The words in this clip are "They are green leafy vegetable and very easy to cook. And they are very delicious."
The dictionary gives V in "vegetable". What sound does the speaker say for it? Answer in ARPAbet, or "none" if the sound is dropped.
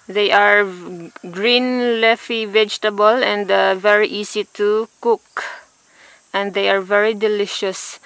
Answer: V